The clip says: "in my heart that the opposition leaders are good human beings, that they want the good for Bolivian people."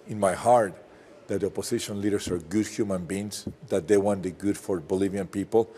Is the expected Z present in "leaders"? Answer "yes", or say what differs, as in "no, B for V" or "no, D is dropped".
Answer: no, S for Z